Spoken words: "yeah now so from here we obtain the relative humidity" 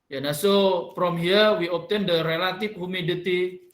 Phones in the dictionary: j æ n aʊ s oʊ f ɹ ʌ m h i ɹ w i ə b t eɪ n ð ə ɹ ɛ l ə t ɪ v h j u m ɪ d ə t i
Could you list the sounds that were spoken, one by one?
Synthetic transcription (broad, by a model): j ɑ n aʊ s oʊ p ɹ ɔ m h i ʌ w i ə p t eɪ n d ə ɹ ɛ l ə t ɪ f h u m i d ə t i